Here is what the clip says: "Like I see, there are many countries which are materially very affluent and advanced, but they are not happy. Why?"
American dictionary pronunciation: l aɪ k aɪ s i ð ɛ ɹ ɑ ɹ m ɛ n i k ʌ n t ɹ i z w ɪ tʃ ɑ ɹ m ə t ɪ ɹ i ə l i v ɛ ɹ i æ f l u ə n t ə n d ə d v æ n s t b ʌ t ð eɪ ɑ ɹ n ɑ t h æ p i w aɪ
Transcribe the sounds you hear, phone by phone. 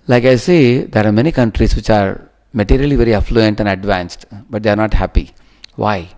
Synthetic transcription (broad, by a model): l aɪ k aɪ s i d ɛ ɹ ɑ ɹ m ɛ n i k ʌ n t ɹ i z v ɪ tʃ ɑ ɹ m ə t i ɹ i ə l i v ɛ ɹ i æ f l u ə n t ə n d ə d v æ n s t b ʌ t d eɪ ɑ ɹ n ɑ t h æ p i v aɪ